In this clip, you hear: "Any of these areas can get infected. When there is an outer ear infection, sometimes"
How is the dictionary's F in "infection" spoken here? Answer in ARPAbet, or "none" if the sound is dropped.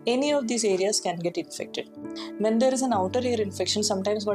F